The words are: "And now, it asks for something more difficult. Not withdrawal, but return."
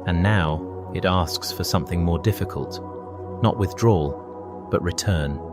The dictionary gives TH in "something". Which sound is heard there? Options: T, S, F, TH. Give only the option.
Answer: TH